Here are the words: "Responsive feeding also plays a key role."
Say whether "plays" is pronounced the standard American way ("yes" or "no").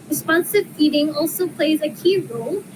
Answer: yes